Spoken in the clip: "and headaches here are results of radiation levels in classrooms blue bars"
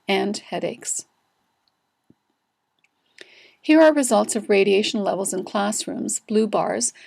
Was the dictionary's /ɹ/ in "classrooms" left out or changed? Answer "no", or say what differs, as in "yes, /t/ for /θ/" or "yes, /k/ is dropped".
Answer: no